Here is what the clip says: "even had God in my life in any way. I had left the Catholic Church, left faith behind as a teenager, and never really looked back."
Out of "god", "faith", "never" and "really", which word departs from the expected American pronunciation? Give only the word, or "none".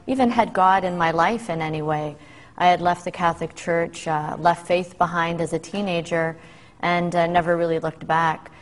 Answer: none